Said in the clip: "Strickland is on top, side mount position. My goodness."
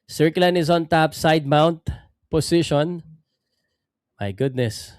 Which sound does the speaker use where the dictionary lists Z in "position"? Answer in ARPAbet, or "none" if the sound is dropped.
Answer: S